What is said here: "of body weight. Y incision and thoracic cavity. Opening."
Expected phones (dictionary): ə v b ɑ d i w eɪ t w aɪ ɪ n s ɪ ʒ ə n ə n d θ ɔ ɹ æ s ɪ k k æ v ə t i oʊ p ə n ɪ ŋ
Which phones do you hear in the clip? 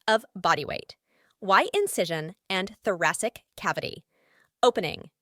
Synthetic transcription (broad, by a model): ə v b ɑ d i w eɪ t w aɪ ɪ n s ɪ ʒ ə n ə n θ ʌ ɹ æ s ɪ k k æ v ə t i oʊ p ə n ɪ ŋ